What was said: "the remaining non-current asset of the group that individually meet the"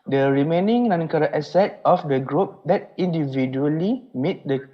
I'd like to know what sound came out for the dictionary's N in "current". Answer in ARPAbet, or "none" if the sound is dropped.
none